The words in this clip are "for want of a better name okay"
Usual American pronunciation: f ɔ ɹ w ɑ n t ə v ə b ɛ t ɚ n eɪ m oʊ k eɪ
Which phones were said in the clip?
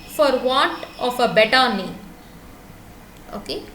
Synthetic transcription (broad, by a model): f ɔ ɹ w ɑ n t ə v ə b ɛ t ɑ n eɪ oʊ k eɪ